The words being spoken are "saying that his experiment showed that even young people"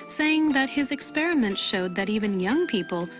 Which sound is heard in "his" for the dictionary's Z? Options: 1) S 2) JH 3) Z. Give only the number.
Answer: 3